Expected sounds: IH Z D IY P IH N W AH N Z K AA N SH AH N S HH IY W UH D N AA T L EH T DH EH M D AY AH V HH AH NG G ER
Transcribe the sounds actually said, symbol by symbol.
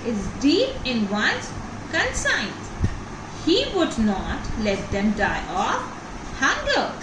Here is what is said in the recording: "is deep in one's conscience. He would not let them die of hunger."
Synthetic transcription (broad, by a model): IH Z D IY P IH N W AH N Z K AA N S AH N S HH IY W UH D N AA T L EH T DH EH M D AY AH F HH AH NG G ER